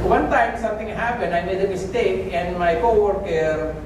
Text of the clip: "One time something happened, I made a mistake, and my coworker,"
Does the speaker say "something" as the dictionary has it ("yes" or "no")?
no